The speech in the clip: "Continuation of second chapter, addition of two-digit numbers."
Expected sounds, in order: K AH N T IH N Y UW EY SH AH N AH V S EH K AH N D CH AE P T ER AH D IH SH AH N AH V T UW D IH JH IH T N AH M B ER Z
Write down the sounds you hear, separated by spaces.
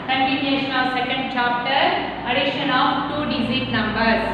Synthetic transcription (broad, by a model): K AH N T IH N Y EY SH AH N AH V S EH K AH N D CH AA P T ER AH D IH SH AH N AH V T UW D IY Z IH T N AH M B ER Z